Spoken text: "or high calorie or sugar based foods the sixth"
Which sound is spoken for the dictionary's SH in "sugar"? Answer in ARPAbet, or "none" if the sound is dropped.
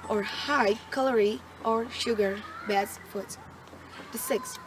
SH